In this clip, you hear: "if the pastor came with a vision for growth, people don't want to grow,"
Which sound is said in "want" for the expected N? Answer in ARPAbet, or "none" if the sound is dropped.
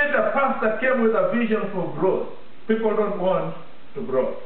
N